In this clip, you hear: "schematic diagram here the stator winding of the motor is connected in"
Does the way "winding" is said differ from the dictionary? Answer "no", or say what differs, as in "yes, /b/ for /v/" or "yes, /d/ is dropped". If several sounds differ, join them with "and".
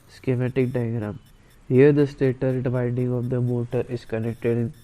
yes, /n/ is dropped